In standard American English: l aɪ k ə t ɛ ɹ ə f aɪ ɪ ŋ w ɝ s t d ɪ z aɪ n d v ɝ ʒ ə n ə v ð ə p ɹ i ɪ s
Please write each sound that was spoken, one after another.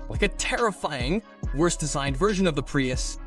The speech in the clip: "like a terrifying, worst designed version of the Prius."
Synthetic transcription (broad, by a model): l aɪ k ə t ɛ ɹ ə f aɪ ɪ ŋ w ɝ s d ɪ z aɪ n d v ɝ ʒ ə n ə v ð ə p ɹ i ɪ s